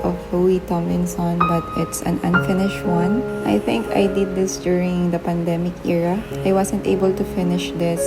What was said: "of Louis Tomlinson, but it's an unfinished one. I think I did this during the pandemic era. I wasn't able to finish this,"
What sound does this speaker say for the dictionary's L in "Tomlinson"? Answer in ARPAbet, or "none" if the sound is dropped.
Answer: none